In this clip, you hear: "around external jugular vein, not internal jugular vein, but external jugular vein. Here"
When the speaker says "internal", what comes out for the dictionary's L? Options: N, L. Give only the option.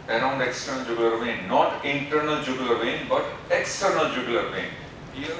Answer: L